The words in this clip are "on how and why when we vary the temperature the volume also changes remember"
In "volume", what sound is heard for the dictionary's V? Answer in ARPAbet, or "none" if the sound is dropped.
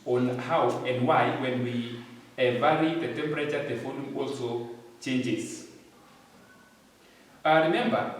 F